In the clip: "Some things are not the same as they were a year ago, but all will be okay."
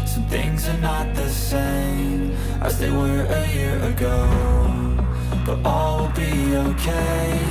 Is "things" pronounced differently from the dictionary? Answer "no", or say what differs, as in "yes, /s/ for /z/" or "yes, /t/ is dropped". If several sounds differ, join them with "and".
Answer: no